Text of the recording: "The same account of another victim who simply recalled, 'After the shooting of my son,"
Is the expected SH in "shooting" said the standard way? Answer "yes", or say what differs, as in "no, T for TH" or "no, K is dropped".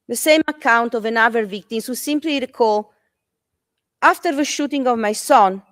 yes